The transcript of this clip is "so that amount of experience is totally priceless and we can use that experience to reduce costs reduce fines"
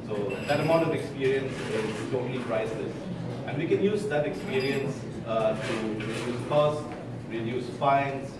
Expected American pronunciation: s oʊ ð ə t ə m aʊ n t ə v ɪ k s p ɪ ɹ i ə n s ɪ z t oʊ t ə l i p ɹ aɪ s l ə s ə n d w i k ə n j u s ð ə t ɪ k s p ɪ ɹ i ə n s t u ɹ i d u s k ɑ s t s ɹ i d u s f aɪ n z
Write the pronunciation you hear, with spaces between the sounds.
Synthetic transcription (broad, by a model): s oʊ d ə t ə m aʊ n t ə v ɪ k s p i ɹ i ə n s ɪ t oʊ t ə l i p ɹ aɪ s ə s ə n w i k ə n j u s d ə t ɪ k s p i ɹ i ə n s t u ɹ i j u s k ɑ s s ɹ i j u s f aɪ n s